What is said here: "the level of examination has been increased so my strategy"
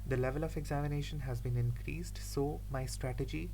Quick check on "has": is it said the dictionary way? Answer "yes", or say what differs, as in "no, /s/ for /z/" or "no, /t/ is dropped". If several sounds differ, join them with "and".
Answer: yes